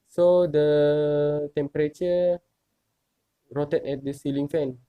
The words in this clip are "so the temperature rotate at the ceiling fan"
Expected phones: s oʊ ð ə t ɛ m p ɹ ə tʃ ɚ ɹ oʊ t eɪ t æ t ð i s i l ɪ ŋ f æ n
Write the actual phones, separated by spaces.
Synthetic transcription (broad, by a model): s oʊ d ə t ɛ m p ɹ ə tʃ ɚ ɹ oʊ t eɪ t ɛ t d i s i l ɪ ŋ f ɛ n